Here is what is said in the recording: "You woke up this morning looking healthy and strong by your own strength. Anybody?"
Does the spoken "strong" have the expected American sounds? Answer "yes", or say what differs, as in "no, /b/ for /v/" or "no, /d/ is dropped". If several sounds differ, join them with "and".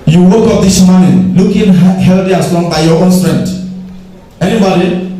no, /ɹ/ is dropped